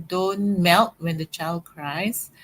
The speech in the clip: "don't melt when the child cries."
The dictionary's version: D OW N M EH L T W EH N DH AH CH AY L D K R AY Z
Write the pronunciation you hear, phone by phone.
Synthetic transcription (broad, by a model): D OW N M EH L T W EH N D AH CH AY L D K R AY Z